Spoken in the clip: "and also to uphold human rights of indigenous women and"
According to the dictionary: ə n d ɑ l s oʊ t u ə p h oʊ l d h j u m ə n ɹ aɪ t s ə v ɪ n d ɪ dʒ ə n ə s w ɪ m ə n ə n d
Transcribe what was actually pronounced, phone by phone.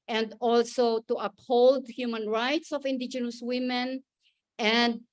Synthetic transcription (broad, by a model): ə n d ɑ l s oʊ t u ə p h oʊ l d h j u m ə n ɹ aɪ t s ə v ɪ n d ɪ dʒ ə n ə s w ɪ m ə n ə n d